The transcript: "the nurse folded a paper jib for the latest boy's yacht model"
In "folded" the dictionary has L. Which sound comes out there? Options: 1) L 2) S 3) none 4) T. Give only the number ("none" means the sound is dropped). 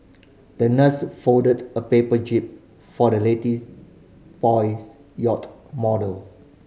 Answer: 3